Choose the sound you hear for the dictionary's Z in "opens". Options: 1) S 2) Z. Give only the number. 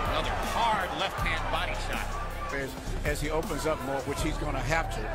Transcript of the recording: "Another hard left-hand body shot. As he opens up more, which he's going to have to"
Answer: 2